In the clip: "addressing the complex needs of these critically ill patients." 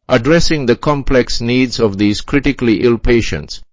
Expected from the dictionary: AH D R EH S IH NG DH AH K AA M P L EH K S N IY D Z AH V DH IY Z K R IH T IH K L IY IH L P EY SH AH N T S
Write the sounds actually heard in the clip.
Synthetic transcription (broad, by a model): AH D R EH S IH NG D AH K AA M P L EH K S N IY D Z AH V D IY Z K R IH T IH K L IY IH L P EY SH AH N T S